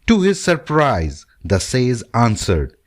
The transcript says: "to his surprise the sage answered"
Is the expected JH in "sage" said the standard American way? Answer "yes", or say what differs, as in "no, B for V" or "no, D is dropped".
no, Z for JH